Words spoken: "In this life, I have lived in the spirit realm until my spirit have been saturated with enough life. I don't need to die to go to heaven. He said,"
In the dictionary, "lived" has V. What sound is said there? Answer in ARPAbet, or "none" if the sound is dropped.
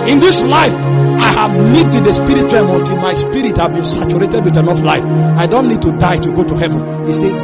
none